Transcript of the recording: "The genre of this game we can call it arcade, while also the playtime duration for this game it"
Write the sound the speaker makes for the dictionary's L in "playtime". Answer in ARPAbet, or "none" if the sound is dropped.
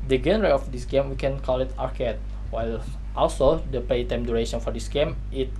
none